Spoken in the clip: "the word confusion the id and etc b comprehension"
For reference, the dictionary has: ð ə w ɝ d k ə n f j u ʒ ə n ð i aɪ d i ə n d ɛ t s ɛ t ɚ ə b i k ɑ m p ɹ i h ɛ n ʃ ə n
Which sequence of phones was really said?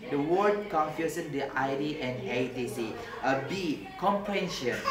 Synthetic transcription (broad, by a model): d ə w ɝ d k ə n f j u s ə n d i aɪ d i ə n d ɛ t i s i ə b i k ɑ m p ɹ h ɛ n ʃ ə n